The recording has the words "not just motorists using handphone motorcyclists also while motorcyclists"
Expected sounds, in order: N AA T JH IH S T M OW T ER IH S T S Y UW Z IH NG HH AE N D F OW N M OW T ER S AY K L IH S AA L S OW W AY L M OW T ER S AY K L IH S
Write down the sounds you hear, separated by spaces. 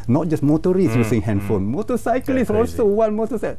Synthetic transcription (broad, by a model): N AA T JH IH S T M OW T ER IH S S Y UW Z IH NG HH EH N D F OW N M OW T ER S AY K L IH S AA L S OW W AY N M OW T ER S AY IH